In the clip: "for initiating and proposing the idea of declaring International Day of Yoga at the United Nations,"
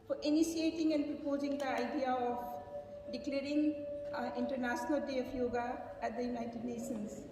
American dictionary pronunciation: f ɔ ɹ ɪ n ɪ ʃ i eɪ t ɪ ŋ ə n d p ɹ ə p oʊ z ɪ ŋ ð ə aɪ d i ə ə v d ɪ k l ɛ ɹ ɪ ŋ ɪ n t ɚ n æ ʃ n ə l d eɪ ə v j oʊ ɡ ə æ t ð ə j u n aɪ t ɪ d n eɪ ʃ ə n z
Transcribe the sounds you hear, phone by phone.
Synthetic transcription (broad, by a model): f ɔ ɹ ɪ n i s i eɪ t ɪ ŋ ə n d p ɹ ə p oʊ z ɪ ŋ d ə aɪ d i ə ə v d ɪ k l ɛ ɹ ɪ ŋ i n t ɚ n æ s n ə l d eɪ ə p j oʊ ɡ ə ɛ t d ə j u n aɪ t ɪ d n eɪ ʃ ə n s